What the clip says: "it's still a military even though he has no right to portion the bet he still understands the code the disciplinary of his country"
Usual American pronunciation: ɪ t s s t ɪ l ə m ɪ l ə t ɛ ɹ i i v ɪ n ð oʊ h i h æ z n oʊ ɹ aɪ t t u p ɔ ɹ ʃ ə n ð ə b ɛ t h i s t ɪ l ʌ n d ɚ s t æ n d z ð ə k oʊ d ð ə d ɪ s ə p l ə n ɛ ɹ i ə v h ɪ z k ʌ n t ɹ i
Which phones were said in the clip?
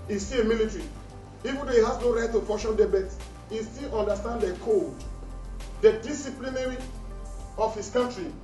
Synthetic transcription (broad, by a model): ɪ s s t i ə m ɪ l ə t ɹ i i v ɪ n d oʊ h i h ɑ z n oʊ ɹ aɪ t t u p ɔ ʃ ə n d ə b ɛ t h i s t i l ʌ n d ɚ s t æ n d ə k oʊ d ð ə d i s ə p l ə n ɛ ɹ i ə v h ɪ s k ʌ n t ɹ i